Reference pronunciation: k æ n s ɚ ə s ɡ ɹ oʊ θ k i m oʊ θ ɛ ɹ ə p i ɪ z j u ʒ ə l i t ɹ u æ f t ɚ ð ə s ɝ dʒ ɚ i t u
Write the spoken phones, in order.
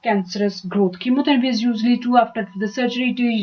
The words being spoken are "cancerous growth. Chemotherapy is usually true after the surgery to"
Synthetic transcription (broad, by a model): k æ n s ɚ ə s ɡ ɹ oʊ t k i m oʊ t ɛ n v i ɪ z j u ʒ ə l i t u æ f t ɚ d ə s ɝ dʒ ɚ i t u